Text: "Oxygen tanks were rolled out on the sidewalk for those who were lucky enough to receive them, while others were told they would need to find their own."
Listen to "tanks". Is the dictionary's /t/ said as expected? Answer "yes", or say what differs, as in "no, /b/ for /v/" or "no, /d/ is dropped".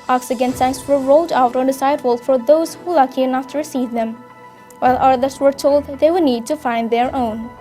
no, /s/ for /t/